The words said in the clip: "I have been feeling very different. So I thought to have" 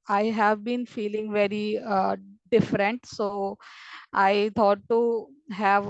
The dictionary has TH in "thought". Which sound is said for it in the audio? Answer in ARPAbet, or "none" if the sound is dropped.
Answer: T